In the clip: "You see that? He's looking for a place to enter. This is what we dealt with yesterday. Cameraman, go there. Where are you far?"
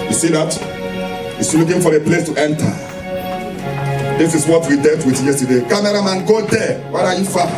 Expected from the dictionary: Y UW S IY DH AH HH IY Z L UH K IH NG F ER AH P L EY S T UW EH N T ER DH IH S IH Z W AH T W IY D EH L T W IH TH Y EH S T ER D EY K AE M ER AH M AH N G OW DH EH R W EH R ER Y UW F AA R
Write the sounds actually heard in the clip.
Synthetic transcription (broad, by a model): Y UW S IY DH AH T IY S L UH K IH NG F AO AH P L EY S T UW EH N T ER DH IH S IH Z W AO T W IY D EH T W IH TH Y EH S T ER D EY K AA M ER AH M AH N G OW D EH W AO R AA Y UW F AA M